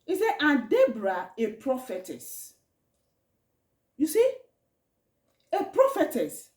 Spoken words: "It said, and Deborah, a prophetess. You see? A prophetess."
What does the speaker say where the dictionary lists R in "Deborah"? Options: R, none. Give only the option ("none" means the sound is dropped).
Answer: R